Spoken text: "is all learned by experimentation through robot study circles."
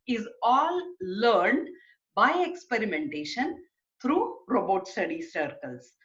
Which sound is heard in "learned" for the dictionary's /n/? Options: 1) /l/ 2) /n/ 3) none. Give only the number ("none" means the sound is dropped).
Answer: 2